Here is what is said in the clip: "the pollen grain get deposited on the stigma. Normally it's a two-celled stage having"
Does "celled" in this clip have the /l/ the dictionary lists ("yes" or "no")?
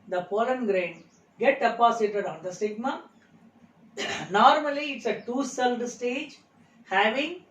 yes